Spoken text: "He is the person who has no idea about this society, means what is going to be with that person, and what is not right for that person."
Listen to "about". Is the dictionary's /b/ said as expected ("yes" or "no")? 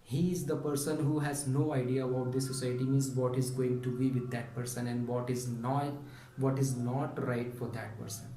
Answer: no